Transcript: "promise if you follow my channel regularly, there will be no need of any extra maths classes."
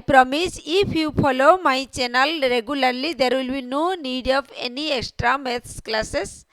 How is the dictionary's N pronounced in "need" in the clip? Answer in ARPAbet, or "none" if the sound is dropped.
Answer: N